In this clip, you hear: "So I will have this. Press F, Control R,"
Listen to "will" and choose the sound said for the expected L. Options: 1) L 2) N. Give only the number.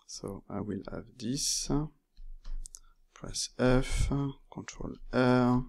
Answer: 1